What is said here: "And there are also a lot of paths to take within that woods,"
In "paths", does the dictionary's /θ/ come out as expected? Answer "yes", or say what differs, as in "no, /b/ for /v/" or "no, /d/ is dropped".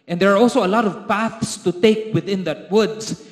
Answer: yes